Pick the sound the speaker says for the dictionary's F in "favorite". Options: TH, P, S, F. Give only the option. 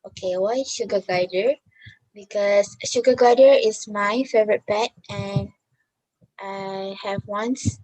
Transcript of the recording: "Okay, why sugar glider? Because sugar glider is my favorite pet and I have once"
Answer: F